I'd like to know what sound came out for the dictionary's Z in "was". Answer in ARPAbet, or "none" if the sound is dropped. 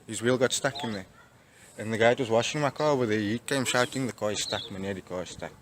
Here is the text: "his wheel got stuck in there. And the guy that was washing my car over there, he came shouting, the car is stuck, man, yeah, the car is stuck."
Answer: Z